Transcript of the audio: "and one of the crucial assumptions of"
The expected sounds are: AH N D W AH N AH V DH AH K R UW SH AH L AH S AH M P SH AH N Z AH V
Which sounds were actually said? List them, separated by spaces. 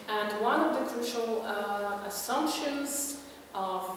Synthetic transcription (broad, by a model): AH N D W AH N AH V DH AH K R UW SH AH L AH S AH M P SH AH N Z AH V